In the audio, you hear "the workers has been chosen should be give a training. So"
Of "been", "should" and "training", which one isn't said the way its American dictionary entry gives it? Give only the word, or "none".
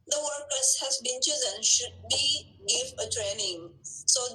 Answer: none